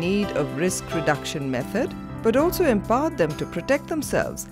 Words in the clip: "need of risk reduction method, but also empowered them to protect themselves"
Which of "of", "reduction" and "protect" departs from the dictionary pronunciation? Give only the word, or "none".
none